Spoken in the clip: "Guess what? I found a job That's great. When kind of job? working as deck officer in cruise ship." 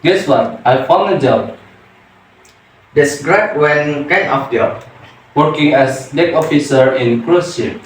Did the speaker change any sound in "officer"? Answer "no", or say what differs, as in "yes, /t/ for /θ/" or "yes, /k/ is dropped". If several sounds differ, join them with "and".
no